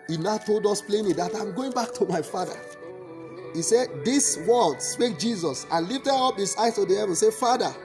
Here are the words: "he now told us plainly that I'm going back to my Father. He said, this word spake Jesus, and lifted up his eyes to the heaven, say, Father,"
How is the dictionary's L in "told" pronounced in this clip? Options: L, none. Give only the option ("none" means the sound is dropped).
L